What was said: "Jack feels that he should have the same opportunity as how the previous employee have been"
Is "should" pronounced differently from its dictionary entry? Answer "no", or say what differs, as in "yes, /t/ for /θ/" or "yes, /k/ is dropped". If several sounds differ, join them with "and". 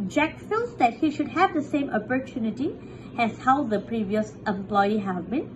no